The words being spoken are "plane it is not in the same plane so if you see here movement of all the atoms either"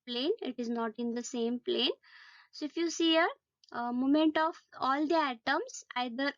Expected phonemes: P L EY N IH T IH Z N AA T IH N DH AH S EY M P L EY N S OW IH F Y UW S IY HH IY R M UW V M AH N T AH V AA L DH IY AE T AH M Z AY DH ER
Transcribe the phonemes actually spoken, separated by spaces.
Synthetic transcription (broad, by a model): P L EY N IH T IH Z N AA T IH N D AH S EY M P L EY N S OW IH F Y UW S IY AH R M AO M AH N T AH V AA L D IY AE T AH M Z AY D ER